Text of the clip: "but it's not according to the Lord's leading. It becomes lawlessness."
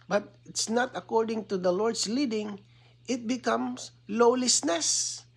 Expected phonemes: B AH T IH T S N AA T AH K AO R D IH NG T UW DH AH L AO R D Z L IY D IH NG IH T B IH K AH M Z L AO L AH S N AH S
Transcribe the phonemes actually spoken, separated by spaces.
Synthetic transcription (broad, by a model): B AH T IH T S N AA T AH K AO R D IH NG T UW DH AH L AO R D S L IY D IH NG IH T B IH K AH M S L AO L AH S N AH S